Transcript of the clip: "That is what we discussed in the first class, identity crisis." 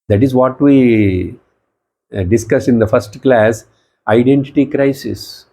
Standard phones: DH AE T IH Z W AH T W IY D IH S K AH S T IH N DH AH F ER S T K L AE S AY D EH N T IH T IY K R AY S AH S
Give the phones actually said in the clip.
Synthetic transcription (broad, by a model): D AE T IH Z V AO T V IY D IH S K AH S IH N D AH F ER S T K L AE S AY D EH N T IH T IY K R AY S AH S